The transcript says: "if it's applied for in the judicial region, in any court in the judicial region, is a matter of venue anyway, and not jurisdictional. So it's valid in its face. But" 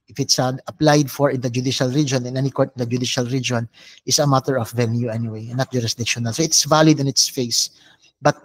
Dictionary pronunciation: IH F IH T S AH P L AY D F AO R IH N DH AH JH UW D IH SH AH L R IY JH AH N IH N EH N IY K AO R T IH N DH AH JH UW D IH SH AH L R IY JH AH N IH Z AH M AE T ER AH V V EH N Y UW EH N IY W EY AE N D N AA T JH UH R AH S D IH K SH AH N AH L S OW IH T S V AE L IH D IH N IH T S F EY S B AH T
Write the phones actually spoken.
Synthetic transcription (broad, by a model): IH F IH T S AH P L AY D F AO R IH N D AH JH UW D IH SH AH L R IY JH AH N IH N EH N IY K AO R T IH N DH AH JH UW D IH SH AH L R IY JH AH N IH S AH M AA T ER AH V V EH N Y UW EH N IY W EY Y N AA T JH UH R AH S D IH K SH AH N AH L S OW IH T S V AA L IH D IH N IH T S F EY S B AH T